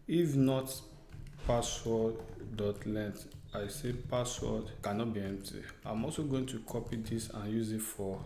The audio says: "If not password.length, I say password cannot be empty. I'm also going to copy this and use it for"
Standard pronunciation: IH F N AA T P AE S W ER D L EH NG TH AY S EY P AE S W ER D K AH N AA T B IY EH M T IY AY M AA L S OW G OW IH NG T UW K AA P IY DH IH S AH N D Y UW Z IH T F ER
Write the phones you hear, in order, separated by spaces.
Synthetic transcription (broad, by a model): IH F N AA T P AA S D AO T L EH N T AY S EY P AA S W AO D K AH N AA T B IY EH M T IY AY M AA L S OW G OW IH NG T UW K AA P IY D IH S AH N Y UW Z IH T F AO